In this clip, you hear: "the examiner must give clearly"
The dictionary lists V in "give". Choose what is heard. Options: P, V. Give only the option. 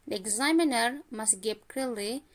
P